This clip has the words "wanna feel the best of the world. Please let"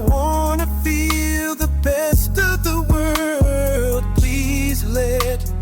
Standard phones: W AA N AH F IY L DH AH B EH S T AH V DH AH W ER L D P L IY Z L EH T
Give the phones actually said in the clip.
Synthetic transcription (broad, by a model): W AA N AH F IY L DH AH B EH S T AH V DH AH W ER L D P L IY Z L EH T